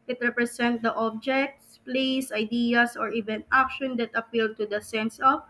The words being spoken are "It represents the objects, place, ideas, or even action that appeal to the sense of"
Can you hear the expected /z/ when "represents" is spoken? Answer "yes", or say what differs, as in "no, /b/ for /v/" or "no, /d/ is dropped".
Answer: no, /s/ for /z/